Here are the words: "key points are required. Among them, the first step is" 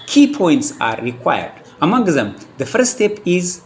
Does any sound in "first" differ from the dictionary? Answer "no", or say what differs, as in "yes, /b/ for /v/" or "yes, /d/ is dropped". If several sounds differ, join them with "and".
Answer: yes, /s/ is dropped